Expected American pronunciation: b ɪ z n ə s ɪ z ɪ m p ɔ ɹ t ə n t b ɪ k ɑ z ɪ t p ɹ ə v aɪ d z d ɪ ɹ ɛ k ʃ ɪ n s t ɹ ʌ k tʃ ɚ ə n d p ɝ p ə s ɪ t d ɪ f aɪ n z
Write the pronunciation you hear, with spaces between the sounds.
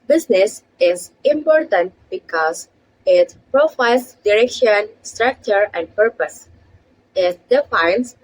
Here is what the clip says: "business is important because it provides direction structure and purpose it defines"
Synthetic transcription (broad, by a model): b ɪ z n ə s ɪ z ɪ m p ɔ ɹ t ə n t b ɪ k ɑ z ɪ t p ɹ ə f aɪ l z d ɪ ɹ ɛ k ʃ ɪ n s t ɹ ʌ k tʃ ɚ ə n d p ɝ p ə s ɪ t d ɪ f aɪ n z